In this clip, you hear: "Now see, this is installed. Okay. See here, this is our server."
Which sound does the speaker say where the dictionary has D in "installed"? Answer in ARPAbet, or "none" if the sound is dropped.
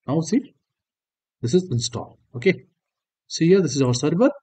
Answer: none